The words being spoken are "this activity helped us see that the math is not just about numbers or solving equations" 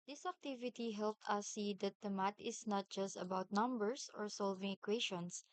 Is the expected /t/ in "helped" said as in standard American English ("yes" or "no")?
yes